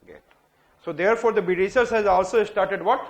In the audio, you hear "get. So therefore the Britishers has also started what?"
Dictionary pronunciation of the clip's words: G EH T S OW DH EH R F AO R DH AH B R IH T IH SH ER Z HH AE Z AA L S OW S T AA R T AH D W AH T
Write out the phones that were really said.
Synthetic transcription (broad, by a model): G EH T S OW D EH R F AO R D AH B IH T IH S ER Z HH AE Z AA L S OW S T AA R T AH D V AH T